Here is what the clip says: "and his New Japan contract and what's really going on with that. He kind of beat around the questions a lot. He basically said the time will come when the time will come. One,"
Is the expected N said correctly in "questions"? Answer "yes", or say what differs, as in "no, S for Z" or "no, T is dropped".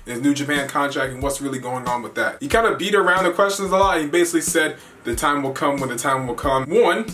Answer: no, N is dropped